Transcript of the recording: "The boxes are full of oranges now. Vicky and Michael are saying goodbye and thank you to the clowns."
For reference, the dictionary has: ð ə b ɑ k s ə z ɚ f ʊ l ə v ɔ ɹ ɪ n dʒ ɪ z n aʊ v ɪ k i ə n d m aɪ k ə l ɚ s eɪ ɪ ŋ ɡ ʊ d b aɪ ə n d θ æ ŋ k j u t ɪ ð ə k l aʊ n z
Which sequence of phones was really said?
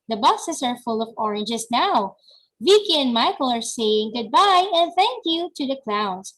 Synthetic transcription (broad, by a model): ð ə b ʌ s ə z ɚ f ʊ l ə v ɔ ɹ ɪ n dʒ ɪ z n aʊ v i k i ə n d m aɪ k ə l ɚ s eɪ ɪ ŋ ɡ ʊ d b aɪ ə n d θ æ ŋ k j u t ɪ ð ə k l aʊ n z